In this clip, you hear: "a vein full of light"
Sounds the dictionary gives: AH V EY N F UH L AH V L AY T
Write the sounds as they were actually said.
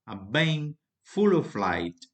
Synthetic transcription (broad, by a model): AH B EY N F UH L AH F L AY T